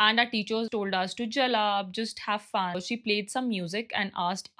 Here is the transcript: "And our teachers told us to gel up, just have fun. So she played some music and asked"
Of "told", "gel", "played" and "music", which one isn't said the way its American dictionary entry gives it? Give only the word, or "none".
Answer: none